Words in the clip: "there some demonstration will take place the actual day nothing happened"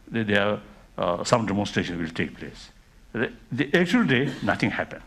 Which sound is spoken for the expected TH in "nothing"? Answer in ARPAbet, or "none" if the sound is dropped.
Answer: T